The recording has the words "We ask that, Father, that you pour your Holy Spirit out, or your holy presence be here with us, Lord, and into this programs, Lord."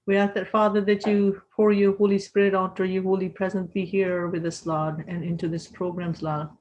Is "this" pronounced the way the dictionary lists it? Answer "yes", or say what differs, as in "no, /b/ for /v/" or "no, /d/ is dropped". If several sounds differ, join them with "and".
yes